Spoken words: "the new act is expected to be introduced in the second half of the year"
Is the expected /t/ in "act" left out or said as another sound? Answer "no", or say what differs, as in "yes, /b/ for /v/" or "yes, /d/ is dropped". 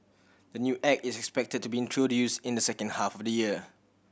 yes, /t/ is dropped